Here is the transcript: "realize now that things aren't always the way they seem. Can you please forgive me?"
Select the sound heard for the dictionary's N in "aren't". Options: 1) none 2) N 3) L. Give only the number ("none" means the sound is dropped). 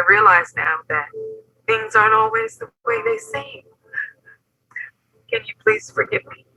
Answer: 1